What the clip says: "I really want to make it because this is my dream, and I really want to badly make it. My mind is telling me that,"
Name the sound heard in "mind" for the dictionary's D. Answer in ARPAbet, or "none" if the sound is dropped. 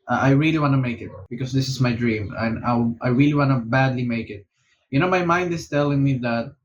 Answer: D